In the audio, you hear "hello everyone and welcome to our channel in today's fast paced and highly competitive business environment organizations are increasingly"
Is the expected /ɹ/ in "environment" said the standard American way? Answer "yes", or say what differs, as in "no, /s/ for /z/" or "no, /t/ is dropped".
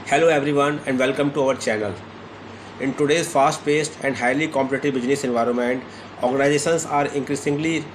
yes